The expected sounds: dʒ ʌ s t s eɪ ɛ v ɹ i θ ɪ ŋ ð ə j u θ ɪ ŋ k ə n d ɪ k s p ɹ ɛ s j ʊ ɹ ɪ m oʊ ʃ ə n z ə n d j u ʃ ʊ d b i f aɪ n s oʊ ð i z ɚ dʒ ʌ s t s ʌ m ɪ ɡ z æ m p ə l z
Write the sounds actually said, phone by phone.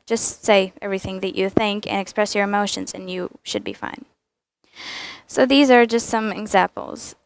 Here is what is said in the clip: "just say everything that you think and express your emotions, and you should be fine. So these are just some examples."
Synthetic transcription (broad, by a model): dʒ ʌ s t s eɪ ɛ v ɹ i θ ɪ ŋ ð ə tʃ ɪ θ ɪ ŋ k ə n ɪ k s p ɹ ɛ s j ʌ ɹ ɪ m oʊ ʃ ə n z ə n j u ʃ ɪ d b i f aɪ n s oʊ ð i z ɚ dʒ ʌ s t s ʌ m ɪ ɡ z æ m p l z